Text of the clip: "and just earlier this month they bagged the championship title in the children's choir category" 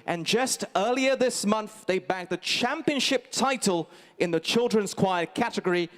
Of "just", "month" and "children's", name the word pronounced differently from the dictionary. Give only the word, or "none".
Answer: none